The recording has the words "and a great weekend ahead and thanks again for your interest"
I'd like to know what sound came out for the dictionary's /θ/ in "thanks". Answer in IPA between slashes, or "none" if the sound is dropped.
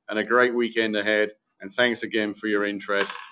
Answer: /θ/